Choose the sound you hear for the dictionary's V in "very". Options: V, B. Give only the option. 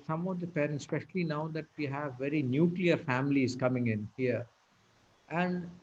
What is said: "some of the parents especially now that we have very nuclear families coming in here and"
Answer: V